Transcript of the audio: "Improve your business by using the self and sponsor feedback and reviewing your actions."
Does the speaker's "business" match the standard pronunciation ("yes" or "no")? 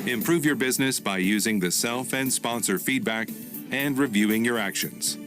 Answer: yes